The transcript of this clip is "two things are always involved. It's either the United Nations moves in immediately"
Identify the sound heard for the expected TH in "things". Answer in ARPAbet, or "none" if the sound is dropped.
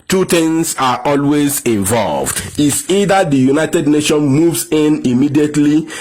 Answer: T